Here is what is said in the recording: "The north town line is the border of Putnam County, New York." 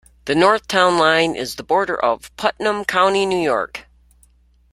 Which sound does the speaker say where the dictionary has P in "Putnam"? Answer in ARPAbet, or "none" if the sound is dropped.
P